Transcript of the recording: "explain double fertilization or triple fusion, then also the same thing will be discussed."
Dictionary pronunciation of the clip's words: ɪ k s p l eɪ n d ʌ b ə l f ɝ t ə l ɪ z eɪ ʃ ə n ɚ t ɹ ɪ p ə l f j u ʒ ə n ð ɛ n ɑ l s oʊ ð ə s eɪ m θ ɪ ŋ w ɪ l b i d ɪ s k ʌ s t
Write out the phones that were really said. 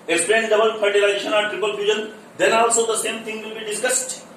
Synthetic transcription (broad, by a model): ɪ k s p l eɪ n d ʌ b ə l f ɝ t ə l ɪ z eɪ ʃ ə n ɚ t ɹ ɪ p ə l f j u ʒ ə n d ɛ n ɑ l s oʊ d ə s eɪ m t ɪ ŋ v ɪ l b i d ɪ s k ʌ s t